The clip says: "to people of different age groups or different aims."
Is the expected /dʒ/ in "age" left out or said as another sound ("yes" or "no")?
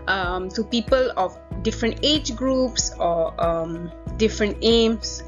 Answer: no